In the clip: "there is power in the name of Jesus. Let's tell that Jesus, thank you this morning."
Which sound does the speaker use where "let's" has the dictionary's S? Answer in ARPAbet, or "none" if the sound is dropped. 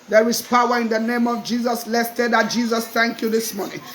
S